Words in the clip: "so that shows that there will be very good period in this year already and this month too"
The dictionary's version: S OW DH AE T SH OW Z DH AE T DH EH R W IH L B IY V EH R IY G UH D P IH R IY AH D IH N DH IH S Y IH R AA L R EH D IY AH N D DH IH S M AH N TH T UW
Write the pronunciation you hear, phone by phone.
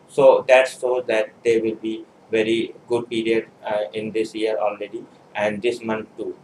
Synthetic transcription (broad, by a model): S OW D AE T S OW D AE T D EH R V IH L B IY V EH R IY G UH D P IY R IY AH D IH N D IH S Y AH R AA L R EH D IY AH N D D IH S M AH N T T UW